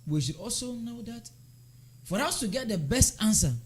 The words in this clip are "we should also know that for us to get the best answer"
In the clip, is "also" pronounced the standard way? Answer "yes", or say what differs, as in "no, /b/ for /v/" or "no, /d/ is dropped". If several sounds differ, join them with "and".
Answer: yes